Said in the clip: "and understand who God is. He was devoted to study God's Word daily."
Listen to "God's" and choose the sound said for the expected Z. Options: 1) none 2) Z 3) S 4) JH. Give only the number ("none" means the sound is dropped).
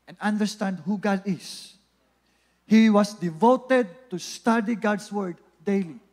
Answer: 3